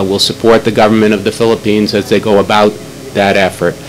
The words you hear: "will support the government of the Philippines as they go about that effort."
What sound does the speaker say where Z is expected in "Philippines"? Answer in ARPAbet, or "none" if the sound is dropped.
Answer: Z